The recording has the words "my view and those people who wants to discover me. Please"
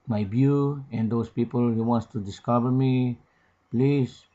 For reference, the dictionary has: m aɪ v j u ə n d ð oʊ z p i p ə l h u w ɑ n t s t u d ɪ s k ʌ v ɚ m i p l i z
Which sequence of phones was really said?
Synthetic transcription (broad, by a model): m aɪ b j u ə n d oʊ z p i p ə l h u w ɑ n t s t u d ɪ s k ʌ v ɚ m i p l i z